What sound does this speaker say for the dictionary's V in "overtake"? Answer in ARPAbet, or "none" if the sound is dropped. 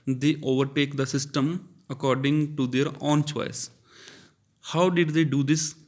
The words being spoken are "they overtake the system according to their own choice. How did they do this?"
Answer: V